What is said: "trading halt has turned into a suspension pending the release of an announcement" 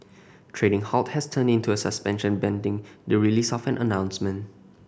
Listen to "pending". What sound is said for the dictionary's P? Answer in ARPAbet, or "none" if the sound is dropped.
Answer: B